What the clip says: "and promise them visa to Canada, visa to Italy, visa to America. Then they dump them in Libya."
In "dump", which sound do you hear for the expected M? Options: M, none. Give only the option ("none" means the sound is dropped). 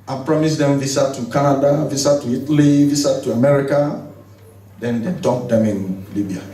none